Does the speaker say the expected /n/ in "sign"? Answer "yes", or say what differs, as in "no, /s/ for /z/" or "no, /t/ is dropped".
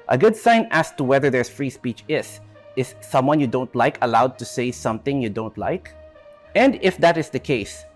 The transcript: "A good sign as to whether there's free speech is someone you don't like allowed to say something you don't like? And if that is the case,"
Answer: yes